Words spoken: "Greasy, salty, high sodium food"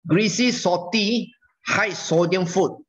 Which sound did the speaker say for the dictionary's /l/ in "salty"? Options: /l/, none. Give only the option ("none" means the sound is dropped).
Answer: none